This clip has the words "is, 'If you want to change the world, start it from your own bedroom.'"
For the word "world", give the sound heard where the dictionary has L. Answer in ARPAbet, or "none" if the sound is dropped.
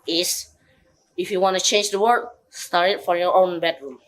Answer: none